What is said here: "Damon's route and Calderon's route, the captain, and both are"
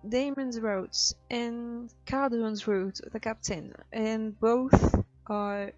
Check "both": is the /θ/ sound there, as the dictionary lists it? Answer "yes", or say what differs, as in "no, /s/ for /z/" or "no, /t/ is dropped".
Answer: yes